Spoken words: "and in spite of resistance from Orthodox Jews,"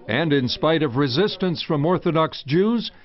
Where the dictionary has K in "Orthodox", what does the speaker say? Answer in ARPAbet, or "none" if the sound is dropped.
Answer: K